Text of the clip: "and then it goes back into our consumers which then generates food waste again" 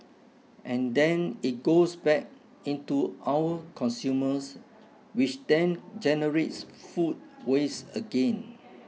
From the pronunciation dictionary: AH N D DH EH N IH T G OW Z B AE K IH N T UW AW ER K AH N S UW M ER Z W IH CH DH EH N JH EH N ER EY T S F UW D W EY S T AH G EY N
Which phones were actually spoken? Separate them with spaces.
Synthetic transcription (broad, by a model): AH N D EH N IH T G OW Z B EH K IH N T UW AW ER K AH N S UW M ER S W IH CH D EH N JH EH N ER EY T S F UW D W EY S AH G EY N